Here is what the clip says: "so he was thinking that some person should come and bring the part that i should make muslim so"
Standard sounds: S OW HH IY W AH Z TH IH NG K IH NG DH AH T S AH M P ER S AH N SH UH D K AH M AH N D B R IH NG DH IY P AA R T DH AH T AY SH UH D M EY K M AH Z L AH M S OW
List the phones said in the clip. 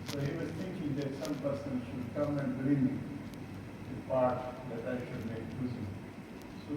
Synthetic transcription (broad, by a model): S OW HH IY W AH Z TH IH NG K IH NG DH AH T S AH M P ER S AH N SH UH D K AH M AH N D B R IH NG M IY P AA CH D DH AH T AY SH UH D M EY K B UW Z AH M S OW